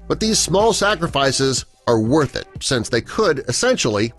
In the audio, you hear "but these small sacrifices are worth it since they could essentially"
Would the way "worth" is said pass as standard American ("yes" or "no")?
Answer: yes